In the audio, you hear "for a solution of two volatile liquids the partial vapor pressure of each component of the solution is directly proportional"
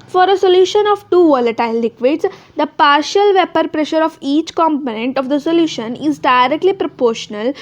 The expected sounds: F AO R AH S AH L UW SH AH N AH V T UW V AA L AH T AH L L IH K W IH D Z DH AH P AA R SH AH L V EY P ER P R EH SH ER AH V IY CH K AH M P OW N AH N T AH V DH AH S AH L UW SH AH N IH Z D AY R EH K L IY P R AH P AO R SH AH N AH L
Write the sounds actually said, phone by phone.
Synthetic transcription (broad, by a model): F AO R AH S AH L UW SH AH N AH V T UW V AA L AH T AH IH L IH K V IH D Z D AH P AA R SH AH L V EY P ER P R EH SH ER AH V IY CH K AH M P OW N AH N T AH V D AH S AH L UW SH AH N IH Z D AY R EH K L IY P R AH P AO R SH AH N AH L